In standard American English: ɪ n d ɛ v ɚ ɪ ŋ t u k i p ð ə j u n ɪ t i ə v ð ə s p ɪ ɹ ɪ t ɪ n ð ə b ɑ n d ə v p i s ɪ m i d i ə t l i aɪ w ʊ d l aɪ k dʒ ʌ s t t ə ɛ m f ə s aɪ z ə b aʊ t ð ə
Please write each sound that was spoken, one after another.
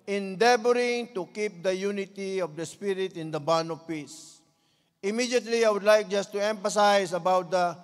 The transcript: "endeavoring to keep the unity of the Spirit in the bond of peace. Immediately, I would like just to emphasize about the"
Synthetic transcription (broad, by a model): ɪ n d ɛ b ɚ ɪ ŋ t u k i p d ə j u n ɪ t i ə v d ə s p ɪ ɹ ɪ t ɪ n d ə b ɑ n ə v p i s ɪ m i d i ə t l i aɪ w ʊ d l aɪ k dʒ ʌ s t t ə ɛ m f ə s aɪ s ə b aʊ t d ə